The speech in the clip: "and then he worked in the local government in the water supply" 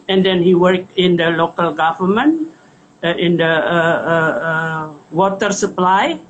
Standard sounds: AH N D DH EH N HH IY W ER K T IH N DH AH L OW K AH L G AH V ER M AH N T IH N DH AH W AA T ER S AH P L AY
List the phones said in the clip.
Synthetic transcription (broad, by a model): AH N D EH N HH IY W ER K IH N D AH L OW K AH L G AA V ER M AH N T IH N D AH W AA T ER S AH P L AY